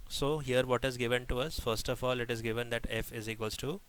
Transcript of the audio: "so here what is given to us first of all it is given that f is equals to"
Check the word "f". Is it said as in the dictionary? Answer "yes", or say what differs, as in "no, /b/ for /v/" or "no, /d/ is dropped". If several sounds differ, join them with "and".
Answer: yes